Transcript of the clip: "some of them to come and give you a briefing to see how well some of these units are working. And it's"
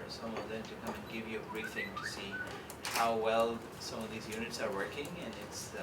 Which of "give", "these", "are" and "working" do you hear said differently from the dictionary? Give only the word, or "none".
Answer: none